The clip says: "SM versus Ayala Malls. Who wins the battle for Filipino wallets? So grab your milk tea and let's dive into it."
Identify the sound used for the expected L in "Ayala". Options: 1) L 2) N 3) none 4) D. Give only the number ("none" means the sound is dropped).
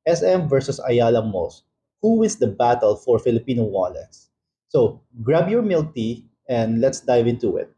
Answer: 1